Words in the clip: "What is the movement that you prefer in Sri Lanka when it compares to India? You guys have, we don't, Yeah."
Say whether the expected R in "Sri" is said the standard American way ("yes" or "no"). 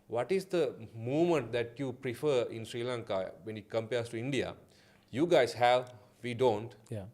yes